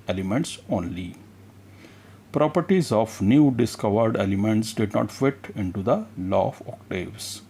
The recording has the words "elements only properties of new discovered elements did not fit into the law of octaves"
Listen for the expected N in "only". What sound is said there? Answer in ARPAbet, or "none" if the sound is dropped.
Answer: N